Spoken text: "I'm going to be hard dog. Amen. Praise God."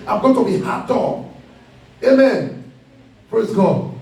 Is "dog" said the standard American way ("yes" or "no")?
no